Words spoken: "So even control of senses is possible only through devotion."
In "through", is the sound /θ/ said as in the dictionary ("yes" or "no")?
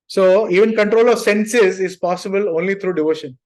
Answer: no